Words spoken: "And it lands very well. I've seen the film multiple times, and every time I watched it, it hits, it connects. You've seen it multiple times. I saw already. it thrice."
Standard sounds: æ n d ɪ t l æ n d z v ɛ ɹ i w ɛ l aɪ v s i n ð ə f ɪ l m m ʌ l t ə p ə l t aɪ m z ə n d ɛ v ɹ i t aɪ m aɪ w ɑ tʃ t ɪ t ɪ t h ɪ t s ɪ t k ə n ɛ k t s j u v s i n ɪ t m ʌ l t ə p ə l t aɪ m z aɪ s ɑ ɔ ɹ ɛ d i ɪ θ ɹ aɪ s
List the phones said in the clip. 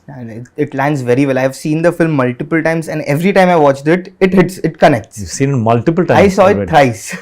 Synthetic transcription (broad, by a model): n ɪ ɪ t l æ n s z v ɛ ɹ i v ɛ l aɪ v s i n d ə f ɪ l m m ʌ l t ə p ə l t aɪ m z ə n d ɛ v ɹ i t aɪ m aɪ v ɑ tʃ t ɪ t ɪ t h ɪ t s ɪ t k ə n ɛ k t s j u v s i n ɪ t m ʌ l t ə p ə l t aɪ aɪ s ɑ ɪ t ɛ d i ɪ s